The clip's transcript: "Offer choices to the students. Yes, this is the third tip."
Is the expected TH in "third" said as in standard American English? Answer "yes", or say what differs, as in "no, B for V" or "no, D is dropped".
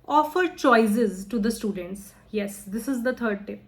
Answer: no, T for TH